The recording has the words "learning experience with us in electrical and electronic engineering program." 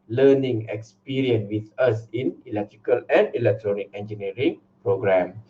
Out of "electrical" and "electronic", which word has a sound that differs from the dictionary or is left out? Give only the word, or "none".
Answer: none